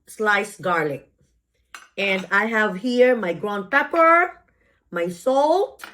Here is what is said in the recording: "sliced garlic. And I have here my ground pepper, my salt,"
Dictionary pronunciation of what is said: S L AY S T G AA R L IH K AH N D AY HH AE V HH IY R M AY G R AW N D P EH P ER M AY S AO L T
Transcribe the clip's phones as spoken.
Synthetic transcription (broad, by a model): S L AY S G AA R L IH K AH N D AY HH AE V HH IY R M AY G R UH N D P EH P ER M AY S AO L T